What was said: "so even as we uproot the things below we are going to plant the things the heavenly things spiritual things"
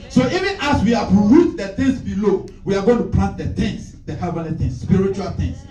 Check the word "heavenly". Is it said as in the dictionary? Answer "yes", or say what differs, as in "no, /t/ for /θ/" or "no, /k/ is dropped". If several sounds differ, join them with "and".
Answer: no, /n/ is dropped